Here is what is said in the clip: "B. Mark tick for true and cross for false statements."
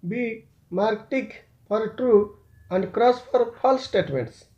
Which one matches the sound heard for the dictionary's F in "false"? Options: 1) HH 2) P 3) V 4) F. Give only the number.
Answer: 2